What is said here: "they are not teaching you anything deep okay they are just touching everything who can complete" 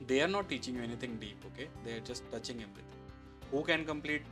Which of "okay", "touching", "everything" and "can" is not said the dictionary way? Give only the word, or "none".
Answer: everything